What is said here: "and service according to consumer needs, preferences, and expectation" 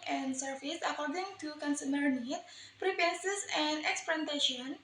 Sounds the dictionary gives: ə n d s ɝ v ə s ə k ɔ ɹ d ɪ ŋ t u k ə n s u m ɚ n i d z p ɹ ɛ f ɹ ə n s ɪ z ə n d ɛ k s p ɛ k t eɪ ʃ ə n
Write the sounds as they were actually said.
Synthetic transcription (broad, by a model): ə n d s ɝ f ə s ə k ɔ ɹ d ɪ ŋ t u k ə n s u m ɚ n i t p ɹ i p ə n s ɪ s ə n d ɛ k s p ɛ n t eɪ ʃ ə n